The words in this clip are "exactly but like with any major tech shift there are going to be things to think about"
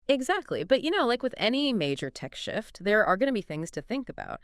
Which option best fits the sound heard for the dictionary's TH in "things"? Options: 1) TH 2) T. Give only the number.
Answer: 1